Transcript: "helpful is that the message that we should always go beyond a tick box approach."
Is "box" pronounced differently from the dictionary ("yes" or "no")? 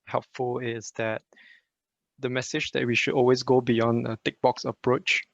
no